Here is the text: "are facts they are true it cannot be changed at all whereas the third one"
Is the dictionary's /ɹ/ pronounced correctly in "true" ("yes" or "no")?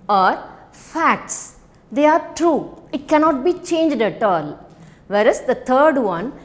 yes